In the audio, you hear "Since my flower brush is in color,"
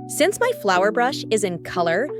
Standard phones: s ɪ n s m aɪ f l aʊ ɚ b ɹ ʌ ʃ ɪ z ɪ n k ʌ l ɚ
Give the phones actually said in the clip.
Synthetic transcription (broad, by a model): s ɪ n s m aɪ f l aʊ ɚ b ɹ ʌ ʃ ɪ z ɪ n k ʌ l ɚ